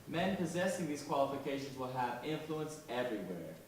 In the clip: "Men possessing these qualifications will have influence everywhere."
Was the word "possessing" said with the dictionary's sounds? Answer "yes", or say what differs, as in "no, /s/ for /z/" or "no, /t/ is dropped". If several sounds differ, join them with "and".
yes